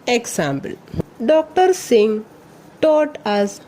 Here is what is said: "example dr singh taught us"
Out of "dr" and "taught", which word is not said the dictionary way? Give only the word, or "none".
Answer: none